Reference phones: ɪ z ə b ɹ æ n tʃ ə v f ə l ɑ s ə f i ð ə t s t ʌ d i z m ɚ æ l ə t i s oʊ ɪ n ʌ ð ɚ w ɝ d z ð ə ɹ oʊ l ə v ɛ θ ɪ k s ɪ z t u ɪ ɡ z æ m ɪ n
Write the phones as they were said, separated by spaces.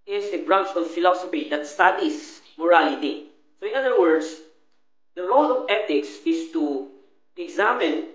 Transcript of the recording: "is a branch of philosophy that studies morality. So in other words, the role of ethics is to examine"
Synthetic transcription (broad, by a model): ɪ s ə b ɹ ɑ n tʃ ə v f ə l ɑ s ə f i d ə t s t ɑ d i s m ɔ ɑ l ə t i s oʊ ɪ n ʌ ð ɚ w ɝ d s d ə ɹ oʊ l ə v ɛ t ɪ k s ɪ s t u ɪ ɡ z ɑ m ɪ n